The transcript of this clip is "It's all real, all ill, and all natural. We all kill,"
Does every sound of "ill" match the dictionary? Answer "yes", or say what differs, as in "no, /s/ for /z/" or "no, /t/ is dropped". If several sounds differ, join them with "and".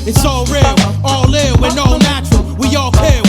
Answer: no, /w/ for /l/